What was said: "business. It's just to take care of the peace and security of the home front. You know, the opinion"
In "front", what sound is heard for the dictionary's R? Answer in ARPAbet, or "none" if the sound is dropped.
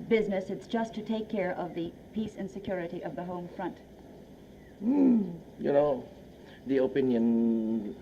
R